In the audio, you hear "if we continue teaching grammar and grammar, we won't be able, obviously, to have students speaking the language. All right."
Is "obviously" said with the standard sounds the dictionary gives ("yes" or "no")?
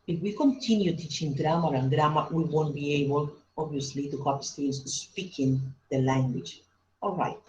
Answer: yes